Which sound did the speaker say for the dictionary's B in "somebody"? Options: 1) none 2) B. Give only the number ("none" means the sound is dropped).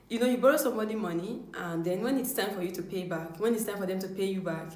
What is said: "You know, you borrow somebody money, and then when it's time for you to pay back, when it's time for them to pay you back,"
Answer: 1